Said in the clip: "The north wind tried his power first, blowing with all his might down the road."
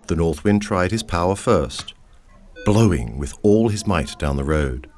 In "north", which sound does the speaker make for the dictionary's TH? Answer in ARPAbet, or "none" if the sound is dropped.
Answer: TH